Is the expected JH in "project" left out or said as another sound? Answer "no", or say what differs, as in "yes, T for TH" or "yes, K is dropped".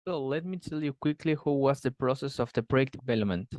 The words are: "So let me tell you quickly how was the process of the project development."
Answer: yes, JH is dropped